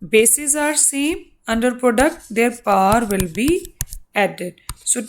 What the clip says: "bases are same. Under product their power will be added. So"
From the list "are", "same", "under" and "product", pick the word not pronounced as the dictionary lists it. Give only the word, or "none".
none